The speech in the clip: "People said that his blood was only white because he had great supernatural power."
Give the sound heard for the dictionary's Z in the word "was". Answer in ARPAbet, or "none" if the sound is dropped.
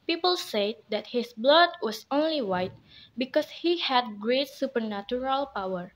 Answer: S